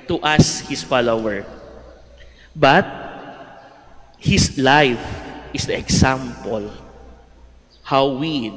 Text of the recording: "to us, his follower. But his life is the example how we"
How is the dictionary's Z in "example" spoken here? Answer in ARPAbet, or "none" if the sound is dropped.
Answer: S